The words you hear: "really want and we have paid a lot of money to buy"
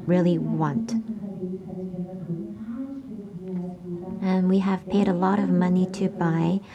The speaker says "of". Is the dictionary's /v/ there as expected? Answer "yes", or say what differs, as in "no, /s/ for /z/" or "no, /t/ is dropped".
yes